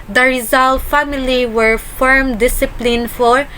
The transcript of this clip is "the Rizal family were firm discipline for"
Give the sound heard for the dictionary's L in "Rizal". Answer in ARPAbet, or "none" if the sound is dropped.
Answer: L